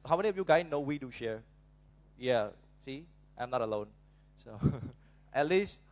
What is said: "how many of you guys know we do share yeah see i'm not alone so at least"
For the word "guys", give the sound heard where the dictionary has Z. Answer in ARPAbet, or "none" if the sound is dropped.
none